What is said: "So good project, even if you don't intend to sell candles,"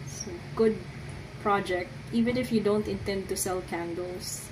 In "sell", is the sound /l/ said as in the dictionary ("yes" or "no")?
yes